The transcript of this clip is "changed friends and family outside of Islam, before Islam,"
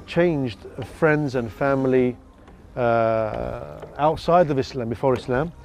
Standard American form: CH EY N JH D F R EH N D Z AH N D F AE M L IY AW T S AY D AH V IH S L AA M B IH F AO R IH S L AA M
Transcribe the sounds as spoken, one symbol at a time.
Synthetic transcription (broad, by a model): CH EY N JH D F R EH N D Z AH N F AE M L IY AW T S AY D AH V IH S L AA M B IH F AO R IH S L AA M